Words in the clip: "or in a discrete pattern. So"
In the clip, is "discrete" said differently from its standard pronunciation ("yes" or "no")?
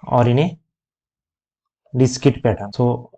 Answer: yes